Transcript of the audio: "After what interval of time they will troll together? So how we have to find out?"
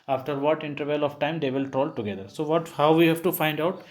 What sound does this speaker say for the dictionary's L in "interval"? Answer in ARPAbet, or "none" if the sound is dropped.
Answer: L